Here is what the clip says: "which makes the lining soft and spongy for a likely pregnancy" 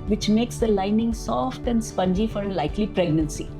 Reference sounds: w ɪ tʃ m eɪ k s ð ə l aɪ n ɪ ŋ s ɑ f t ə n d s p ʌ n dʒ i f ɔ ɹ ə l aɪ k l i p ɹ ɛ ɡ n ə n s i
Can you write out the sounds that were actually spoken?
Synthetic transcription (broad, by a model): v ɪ tʃ m eɪ k s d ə l aɪ n ɪ ŋ s ɑ f t ə n d s p ʌ n dʒ i f ɔ ɹ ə l aɪ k l i p ɹ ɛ ɡ n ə n s i